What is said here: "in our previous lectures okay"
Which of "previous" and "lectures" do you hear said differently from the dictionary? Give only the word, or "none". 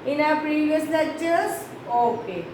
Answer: lectures